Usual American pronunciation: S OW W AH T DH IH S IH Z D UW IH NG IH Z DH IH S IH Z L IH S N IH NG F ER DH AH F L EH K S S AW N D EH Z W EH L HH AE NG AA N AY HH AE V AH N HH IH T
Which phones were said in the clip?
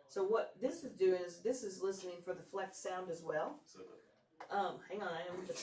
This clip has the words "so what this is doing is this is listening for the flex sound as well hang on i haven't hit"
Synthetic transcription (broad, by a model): S OW W AH T DH IH S IH Z D UW IH NG IH Z DH IH S IH Z L IH S N IH NG F ER DH AH F L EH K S S AW N D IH Z W EH L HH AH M HH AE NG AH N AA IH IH